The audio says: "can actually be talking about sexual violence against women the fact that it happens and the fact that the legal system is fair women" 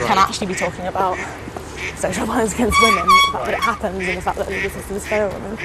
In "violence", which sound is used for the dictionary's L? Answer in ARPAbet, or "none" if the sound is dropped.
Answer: none